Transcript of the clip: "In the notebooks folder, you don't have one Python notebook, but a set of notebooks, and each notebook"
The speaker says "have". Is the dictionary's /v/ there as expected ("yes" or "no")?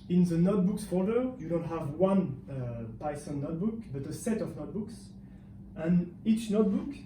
yes